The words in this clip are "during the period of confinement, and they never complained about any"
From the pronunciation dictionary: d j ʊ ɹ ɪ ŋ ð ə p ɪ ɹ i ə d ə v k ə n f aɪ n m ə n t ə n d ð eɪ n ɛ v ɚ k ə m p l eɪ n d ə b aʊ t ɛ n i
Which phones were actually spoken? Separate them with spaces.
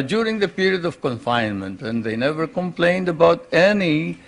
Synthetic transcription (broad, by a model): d j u ɹ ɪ ŋ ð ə p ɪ ɹ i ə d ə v k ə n f aɪ n m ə n t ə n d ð eɪ n ɛ v ɚ k ə m p l eɪ n d ə b aʊ t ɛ n i